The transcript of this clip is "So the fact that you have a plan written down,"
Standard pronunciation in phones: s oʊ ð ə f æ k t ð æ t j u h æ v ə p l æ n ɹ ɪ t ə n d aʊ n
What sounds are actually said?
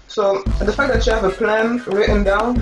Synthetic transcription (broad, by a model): s oʊ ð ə f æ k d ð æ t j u h æ v ə p l æ n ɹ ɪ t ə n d aʊ n